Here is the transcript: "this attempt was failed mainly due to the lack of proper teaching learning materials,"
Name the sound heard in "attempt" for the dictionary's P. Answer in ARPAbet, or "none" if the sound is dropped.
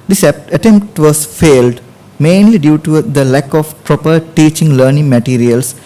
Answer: P